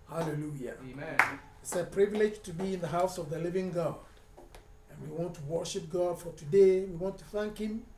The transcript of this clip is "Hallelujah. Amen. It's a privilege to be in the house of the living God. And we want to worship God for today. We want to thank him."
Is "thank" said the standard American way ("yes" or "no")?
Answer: yes